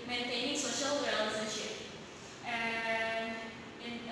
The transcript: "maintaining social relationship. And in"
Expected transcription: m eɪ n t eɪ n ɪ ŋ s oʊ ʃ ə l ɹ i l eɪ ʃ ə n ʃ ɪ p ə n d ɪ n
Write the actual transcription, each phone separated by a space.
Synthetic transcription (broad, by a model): m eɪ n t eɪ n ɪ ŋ s oʊ ʃ ə l w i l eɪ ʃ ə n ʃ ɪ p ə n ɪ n